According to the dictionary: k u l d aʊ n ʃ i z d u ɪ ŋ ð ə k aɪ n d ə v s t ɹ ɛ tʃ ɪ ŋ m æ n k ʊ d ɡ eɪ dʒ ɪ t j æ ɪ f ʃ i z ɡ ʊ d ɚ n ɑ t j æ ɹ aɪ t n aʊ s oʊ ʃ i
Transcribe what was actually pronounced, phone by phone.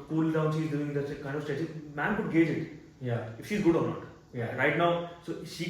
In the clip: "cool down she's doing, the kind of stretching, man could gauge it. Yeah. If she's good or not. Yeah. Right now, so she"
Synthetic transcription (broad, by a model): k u l d aʊ n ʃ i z d u ɪ ŋ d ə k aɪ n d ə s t ɛ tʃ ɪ m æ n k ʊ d ɡ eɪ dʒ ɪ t j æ ɪ f ʃ i z ɡ ʊ d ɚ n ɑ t j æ ɹ aɪ t n aʊ s oʊ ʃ i